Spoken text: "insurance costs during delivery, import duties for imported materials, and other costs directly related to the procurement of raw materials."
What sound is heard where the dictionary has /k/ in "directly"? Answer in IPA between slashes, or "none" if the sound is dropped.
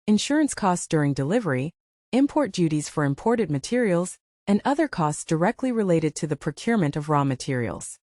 /k/